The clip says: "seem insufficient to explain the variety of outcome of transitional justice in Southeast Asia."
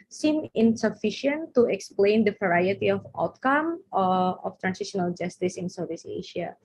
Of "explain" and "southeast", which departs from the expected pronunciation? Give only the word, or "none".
southeast